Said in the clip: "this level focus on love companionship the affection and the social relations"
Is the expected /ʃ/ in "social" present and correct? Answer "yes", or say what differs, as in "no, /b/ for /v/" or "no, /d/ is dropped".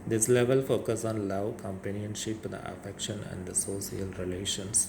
no, /s/ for /ʃ/